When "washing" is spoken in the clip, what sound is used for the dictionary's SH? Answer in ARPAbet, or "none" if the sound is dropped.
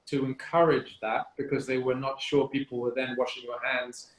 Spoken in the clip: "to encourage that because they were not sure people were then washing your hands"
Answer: SH